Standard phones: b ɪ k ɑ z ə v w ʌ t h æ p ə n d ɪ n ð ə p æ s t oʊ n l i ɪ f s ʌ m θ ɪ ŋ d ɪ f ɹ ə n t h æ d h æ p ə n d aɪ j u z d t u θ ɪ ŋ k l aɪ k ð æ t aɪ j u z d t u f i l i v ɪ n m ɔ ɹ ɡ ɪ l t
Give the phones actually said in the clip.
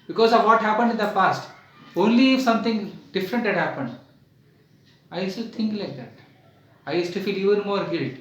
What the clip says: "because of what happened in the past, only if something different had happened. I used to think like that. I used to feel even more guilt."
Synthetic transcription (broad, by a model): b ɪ k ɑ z ə v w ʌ t h æ p ə n d ɪ n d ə f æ s t oʊ n l i ɪ f s ʌ m t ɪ ŋ d ɪ f ɹ ə n t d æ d h æ p ə n d aɪ j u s t u t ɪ ŋ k l aɪ k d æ t aɪ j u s t u f i l i v ɪ n m ɔ ɹ ɡ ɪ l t